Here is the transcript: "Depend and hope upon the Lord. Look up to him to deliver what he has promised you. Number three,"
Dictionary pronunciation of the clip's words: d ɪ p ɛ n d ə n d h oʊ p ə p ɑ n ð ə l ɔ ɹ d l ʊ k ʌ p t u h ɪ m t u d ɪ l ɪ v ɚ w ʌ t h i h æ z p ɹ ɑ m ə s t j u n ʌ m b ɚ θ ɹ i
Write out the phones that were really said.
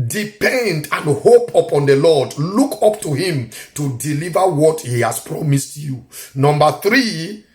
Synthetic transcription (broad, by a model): d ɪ p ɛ n d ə n h oʊ p ə p ɑ n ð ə l ɔ d l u k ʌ p t u h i m t u d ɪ l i v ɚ w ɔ t h i h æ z p ɹ ɑ m ə s t j u n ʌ m b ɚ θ ɹ i